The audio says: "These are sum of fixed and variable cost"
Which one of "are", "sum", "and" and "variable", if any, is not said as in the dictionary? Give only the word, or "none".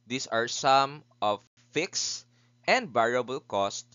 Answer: variable